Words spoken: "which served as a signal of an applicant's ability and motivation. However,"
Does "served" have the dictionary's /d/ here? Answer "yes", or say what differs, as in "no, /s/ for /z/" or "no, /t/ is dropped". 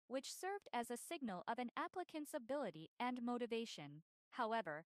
yes